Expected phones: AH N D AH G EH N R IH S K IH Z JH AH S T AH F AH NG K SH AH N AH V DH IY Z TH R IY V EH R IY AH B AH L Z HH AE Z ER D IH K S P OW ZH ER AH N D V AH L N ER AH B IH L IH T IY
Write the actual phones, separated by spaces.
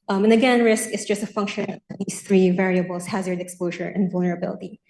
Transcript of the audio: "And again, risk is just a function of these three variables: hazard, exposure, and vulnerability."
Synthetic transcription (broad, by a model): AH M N AH G EH N R IH S K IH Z JH AH S T AH F AH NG K SH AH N AH V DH IY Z TH R IY V EH R IY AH B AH L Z HH AE Z ER D IH K S P OW ZH ER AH N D V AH L N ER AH B IH L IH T IY